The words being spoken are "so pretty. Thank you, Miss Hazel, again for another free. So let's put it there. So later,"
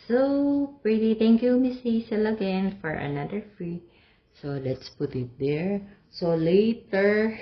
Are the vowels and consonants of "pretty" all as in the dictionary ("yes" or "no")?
yes